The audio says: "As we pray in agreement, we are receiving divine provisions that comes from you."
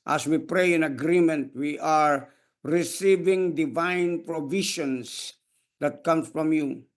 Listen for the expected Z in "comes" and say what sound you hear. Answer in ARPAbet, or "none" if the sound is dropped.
none